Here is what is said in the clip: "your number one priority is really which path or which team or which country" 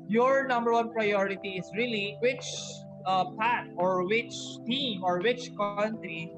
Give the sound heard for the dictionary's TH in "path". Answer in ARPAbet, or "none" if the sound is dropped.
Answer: T